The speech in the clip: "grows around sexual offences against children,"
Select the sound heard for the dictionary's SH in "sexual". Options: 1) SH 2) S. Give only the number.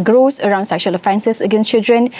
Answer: 1